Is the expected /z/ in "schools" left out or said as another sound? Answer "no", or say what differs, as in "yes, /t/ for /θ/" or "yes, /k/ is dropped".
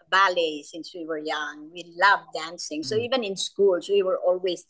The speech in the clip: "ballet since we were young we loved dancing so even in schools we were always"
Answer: yes, /s/ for /z/